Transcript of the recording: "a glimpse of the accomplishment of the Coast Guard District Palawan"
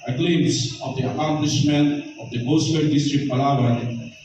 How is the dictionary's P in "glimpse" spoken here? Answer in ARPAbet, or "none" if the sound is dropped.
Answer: none